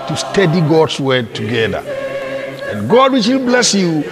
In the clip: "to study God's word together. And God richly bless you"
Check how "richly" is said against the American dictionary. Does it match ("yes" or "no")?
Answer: no